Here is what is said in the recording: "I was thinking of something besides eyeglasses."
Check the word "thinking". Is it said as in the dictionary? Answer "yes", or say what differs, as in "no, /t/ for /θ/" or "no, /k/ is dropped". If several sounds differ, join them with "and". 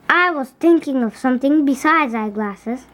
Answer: no, /t/ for /θ/